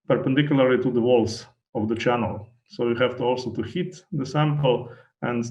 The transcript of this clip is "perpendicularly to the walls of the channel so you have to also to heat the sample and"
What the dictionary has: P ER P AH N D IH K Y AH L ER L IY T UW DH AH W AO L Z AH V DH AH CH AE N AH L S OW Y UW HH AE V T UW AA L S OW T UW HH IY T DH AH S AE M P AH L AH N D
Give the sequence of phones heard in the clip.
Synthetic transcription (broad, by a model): P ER P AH N D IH K Y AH L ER L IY T UW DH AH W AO L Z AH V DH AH CH AE N AH L S OW Y UW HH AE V T UW AA L S OW T UW HH IY T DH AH S AE M P AH L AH N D